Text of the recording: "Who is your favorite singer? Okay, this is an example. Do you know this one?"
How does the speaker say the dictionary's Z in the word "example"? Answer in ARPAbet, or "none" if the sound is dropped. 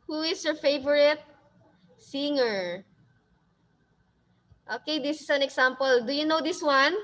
S